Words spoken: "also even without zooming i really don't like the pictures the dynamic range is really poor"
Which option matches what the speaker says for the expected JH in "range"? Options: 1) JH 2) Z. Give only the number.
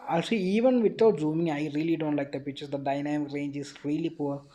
1